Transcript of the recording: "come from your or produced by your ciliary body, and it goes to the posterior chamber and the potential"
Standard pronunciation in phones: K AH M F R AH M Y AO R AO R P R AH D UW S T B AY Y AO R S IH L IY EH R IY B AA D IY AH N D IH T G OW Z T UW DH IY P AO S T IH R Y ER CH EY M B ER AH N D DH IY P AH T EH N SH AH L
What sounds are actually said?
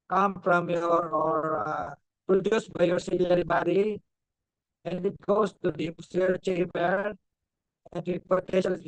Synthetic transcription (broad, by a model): K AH M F R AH M Y AO R AO R P R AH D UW S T B AY Y AO R S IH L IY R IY B AA D IY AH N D IH T G OW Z T UW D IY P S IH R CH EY B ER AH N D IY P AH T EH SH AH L